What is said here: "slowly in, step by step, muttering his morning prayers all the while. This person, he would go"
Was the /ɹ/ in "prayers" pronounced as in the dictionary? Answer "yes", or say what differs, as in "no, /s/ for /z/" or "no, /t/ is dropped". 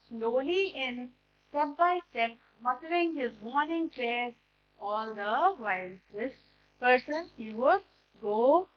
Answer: no, /l/ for /ɹ/